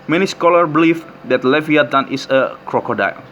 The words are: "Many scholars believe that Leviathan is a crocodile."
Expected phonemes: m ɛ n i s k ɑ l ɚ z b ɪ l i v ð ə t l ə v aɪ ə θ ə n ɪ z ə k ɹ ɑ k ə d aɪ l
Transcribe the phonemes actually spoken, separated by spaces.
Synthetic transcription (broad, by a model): m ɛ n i s k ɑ l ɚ b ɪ l i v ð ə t l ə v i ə t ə n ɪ s ə k ɹ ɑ k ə d aɪ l